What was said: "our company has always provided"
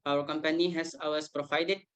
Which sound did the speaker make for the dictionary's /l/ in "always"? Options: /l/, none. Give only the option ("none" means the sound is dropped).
none